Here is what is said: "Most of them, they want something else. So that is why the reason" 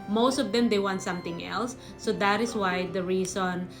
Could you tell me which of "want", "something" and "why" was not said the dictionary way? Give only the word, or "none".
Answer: something